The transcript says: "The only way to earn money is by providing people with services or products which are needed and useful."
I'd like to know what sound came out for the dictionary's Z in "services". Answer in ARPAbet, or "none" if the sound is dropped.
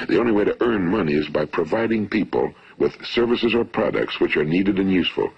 Z